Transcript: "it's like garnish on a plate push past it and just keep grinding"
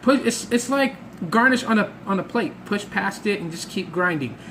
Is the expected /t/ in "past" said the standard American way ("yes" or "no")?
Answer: yes